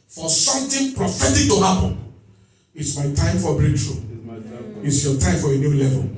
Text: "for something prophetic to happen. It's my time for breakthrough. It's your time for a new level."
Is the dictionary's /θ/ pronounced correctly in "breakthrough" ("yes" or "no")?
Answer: no